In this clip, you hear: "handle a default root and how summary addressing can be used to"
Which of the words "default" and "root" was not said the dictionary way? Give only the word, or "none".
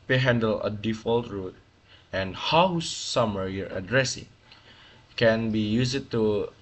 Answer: none